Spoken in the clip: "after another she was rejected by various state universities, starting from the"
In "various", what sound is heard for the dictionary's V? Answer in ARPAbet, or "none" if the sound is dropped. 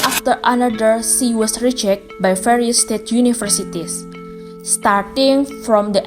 F